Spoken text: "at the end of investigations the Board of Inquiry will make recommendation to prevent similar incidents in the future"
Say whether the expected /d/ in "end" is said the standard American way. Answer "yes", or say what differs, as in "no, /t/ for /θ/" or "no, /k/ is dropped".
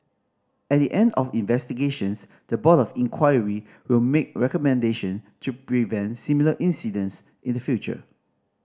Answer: yes